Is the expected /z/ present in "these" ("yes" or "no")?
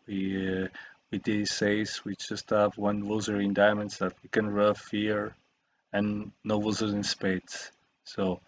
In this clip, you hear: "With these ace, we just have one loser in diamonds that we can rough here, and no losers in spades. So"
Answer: no